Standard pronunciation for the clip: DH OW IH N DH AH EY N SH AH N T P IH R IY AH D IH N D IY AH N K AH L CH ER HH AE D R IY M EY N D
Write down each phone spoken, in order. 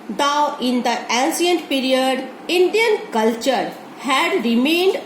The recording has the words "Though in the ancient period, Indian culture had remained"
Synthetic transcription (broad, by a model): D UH IH N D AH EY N S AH N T P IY R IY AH D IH N D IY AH N K AH L CH ER HH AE D R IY M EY N D